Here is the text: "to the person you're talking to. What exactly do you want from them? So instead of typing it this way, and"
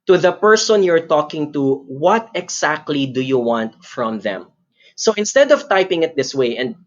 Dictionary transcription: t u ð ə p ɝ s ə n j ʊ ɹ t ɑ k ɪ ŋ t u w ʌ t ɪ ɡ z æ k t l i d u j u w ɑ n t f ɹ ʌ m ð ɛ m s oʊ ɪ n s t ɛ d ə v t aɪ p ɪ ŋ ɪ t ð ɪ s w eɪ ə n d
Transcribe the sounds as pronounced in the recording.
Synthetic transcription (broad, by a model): t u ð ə p ɝ s ə n j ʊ ɹ t ɑ k ɪ ŋ t u w ʌ t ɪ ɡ s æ k t l i d u j u w ɑ n t f ɹ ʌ m ð ɛ m s oʊ ɪ n s t ɛ d ə v t aɪ p ɪ ŋ ɪ t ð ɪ s w eɪ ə n d